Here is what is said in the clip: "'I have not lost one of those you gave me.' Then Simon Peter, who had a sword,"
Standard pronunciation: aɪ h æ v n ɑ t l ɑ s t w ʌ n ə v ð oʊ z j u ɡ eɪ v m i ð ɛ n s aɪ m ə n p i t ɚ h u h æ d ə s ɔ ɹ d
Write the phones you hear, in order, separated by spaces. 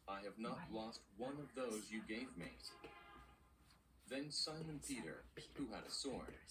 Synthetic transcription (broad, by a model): aɪ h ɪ v n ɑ t l ɑ s t w ʌ n ə v ð oʊ z j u ɡ eɪ v m i ð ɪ n s aɪ m ə n p i t ɚ h u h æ d ə s ɔ ɹ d